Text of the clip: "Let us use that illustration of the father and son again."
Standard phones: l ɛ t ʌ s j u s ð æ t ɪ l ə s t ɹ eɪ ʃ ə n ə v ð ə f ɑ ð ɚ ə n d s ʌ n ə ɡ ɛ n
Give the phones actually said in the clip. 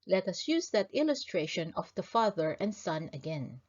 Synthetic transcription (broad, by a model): l ɛ t ʌ s j u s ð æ t ɪ l ə s t ɹ eɪ ʃ ə n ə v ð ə f ɑ ð ɚ ə n d s ʌ n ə ɡ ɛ n